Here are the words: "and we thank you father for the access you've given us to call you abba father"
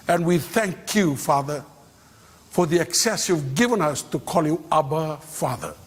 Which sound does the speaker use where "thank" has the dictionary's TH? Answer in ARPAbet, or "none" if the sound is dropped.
TH